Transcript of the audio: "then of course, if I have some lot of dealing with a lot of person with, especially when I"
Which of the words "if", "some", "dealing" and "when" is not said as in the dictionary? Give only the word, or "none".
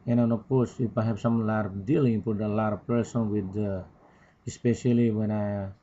if